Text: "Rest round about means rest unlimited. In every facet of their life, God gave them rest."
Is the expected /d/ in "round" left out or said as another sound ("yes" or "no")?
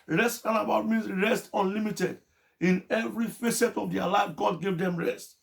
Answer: yes